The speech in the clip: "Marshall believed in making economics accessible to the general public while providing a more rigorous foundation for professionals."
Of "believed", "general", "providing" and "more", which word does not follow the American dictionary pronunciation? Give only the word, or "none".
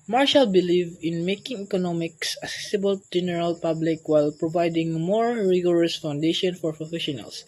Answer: believed